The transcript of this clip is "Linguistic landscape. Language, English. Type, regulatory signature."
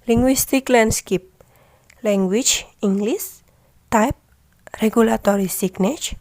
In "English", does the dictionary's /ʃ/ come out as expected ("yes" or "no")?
no